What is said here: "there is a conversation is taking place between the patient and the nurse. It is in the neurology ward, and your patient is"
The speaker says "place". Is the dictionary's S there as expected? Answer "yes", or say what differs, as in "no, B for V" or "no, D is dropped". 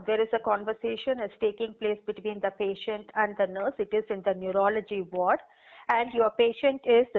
yes